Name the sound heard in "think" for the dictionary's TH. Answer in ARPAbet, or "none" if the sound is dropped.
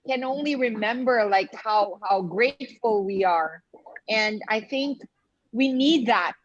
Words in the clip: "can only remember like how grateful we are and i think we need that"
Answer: TH